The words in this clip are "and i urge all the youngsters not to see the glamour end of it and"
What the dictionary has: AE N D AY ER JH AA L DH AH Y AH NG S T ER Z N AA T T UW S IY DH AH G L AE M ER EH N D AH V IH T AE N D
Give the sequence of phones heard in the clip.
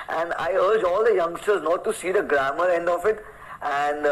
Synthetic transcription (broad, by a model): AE N D AY ER JH AA L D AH Y AH NG S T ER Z N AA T T UW S IY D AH G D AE M ER EH N D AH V IH T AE N D